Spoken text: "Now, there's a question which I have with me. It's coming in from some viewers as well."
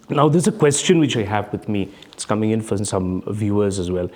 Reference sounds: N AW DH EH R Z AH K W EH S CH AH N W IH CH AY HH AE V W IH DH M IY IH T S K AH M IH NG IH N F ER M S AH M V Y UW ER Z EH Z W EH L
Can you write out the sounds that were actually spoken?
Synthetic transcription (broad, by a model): N AW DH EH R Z AH K W EH S CH AH N W IH CH AY HH AE V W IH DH M IY IH T S K AH M IH NG IH N F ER S AH M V Y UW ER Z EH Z W EH L